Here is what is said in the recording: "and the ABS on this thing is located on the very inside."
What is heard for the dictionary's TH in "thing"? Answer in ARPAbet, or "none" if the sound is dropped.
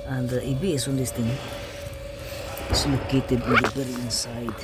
T